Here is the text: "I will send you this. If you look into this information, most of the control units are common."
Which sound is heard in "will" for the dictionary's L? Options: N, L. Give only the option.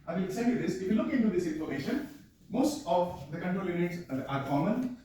N